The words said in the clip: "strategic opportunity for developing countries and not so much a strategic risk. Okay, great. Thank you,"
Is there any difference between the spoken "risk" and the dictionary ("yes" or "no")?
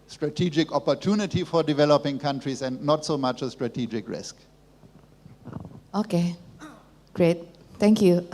no